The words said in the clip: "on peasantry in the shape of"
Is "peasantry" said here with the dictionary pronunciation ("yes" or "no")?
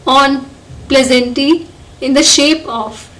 no